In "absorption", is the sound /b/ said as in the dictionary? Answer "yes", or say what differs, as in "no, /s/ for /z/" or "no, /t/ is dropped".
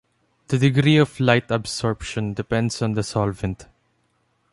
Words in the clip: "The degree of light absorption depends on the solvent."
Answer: yes